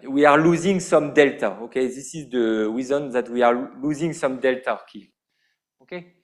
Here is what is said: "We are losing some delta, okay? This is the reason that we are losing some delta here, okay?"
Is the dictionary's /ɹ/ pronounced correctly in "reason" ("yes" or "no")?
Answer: no